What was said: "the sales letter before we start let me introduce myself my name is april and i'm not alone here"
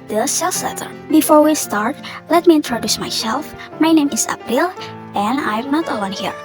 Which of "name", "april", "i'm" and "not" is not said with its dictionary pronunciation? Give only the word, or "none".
april